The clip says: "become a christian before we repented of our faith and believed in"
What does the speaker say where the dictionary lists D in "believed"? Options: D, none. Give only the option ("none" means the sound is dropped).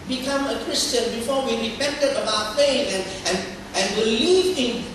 none